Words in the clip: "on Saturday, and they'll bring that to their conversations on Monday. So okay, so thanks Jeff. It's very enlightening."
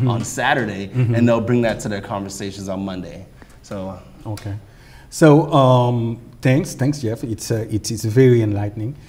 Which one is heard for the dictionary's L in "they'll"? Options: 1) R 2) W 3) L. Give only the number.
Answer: 3